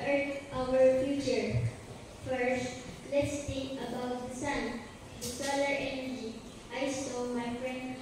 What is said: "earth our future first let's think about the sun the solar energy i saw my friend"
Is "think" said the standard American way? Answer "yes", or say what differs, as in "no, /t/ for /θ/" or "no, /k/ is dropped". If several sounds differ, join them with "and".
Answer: no, /t/ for /θ/